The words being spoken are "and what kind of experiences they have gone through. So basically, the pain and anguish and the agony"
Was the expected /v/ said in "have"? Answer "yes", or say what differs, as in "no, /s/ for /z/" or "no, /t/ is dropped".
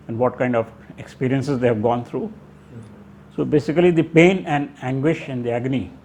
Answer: yes